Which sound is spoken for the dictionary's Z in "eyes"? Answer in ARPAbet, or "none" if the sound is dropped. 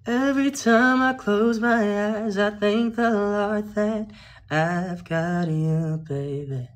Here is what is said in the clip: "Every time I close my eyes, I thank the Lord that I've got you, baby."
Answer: Z